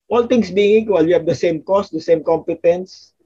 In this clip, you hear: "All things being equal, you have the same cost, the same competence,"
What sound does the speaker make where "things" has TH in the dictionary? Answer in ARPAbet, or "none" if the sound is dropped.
T